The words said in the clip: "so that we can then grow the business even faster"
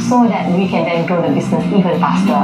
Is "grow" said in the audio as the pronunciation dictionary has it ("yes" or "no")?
no